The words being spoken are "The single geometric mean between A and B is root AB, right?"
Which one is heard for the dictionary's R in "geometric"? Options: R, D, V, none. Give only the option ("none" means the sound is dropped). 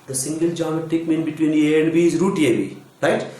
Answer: none